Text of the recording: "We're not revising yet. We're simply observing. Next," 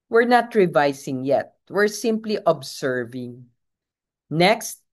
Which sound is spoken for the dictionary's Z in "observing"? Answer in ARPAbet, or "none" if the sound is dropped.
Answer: S